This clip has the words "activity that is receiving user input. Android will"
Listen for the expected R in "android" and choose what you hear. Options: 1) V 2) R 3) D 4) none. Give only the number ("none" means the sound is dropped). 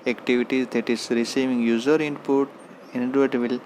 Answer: 4